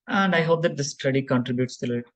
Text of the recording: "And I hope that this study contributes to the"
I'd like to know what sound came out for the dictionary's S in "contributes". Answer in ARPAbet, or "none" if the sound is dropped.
S